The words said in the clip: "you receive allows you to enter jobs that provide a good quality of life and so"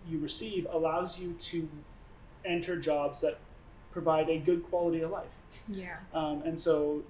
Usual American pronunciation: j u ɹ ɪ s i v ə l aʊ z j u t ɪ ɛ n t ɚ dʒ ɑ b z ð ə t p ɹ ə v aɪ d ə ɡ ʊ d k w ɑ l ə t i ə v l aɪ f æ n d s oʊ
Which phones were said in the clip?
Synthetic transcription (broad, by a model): j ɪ ɹ ɪ s i v ə l aʊ z j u t ɪ ɛ n t ɚ dʒ ɑ b z ð ə t p ɹ ə v aɪ d ə ɡ ʊ d k w ɑ l ə t i ə v l aɪ f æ n s oʊ